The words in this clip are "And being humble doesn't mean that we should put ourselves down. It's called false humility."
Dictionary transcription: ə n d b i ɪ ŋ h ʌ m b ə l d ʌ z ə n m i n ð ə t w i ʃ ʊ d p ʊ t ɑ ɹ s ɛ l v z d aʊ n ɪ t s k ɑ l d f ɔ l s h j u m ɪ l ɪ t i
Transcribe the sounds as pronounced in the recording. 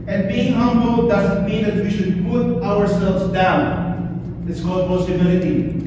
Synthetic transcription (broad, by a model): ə n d b i ɪ ŋ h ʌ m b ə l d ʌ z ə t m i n ð ə t w i ʃ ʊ d p ʊ t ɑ ɹ s ɛ l v z d aʊ n ɪ t s k ɑ l d p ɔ s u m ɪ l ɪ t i